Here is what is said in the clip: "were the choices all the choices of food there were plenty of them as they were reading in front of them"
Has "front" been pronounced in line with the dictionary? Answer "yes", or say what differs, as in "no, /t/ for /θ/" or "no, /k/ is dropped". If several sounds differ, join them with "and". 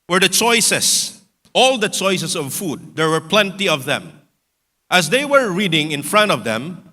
yes